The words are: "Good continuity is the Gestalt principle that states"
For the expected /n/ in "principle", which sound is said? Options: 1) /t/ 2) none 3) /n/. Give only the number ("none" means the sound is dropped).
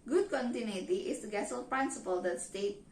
3